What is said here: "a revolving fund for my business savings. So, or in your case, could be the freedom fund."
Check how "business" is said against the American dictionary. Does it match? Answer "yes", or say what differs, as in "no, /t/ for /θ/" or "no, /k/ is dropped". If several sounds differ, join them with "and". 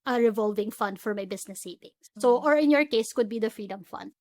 no, /s/ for /z/